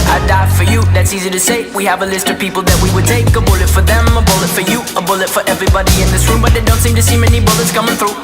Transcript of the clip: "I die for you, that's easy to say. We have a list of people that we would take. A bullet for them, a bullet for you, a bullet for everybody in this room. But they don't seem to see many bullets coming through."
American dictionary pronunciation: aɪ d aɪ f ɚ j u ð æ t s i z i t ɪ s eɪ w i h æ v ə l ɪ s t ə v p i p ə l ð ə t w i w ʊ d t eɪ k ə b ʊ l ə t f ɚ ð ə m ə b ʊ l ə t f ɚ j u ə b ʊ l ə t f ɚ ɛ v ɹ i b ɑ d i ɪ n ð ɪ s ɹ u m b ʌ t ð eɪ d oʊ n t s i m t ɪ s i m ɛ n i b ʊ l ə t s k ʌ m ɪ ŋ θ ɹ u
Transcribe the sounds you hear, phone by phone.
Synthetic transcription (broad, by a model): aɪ d aɪ f ɚ j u ð æ t s i z i t ɪ s eɪ w i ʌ v ə l ɪ s t ə v p i p l ð ə t w i w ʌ d t eɪ k ə b ʊ l ə t f ɚ ð ə m ə b ʊ l ə t f ɚ j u ə b ʊ l ə t f ɚ ɛ v ɹ i b ɑ d i ɪ n ð ɪ s ɹ u m b ʌ t ð eɪ d oʊ n t s i m t ɪ s i m ɛ n i b ʊ l ə t s k ʌ m ɪ ŋ θ ɹ u